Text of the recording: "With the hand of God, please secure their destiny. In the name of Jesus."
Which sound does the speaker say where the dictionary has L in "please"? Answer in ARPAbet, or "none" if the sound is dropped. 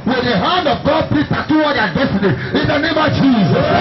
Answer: none